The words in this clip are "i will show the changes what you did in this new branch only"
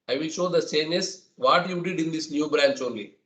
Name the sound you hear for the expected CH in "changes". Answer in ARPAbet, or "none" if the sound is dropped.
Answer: S